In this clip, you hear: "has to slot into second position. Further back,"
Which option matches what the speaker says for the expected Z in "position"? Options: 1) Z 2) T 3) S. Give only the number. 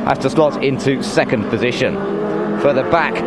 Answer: 1